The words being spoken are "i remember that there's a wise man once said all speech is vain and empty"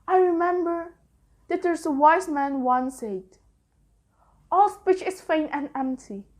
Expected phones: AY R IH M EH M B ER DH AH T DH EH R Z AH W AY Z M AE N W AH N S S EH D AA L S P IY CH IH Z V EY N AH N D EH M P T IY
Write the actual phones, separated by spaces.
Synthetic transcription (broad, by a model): AY R IH M EH M B ER DH AH T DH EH R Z AH W AY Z M AE N W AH N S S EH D AA L S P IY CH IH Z F EY N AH N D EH M P T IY